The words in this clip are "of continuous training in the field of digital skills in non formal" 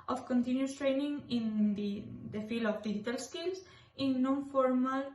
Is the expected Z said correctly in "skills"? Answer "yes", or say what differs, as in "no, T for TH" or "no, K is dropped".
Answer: no, S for Z